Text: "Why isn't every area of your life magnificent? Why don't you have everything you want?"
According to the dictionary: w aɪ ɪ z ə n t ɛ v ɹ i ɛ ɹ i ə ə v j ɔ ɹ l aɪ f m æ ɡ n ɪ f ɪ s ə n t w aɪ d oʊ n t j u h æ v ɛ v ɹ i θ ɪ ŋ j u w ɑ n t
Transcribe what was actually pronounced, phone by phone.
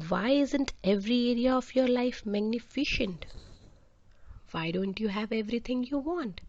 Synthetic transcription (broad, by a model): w aɪ ɪ z ə n t ɛ v ɹ i ɛ ɹ i ə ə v j ɔ ɹ l aɪ f m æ ɡ n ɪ f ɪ ʃ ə n t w aɪ d oʊ n t j u h æ v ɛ v ɹ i t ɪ ŋ j u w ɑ n t